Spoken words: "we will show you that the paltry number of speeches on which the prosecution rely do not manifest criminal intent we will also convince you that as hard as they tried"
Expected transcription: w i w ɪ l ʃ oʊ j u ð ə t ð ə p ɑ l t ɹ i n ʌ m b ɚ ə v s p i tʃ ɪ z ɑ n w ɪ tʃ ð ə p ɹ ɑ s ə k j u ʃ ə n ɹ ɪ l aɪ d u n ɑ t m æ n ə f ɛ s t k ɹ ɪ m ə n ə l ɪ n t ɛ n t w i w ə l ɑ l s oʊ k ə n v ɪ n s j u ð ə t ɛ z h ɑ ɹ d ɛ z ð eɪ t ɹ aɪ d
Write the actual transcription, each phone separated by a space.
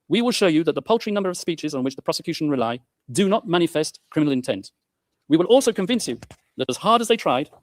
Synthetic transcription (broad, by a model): w i w ɪ l ʃ oʊ j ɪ ð ə t ð ə p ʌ l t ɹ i n ʌ m b ɚ ə v s p i tʃ ɪ z n w ɪ tʃ ð ə p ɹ ɑ s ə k j u ʃ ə n ɹ ɪ l aɪ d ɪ n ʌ t m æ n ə f ɛ s t k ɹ ɪ m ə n l ɪ n t ɛ n t w i w ə l ɑ l s oʊ k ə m v ɪ n s j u ð ə t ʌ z h ɑ ɹ d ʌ z ð eɪ t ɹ aɪ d